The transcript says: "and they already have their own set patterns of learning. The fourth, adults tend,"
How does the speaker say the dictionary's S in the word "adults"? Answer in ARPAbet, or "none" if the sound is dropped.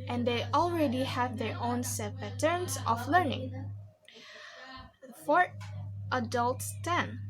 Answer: S